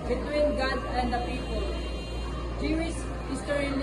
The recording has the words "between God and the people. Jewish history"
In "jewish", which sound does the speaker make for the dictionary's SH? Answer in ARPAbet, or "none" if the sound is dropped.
S